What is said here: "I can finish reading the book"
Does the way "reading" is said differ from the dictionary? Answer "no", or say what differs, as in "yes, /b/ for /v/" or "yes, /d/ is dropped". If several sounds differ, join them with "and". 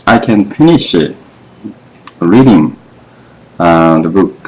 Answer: no